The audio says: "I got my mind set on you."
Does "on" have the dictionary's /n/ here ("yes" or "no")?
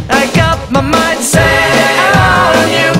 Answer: no